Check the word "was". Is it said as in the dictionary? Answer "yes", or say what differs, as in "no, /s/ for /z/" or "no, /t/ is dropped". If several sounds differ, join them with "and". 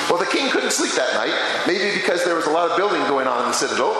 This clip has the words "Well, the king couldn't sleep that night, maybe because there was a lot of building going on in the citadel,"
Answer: yes